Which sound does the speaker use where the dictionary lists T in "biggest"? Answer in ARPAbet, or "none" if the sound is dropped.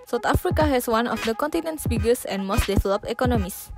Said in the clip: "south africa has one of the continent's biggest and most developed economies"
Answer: none